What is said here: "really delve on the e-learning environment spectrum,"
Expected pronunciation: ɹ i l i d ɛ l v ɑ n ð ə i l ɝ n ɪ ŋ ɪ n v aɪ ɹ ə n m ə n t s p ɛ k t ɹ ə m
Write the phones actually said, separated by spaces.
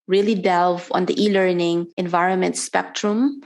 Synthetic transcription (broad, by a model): ɹ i l i d ɛ l v ɑ n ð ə i l ɝ n ɪ ŋ ɪ n v aɪ ɹ ə n m ə n t s p ɛ k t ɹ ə m